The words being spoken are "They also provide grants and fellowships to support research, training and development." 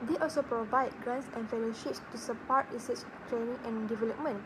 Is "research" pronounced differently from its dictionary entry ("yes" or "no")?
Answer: yes